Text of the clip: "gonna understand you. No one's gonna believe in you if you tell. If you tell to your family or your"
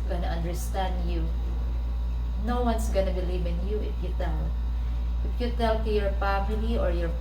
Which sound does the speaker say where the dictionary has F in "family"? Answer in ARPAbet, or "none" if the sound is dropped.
P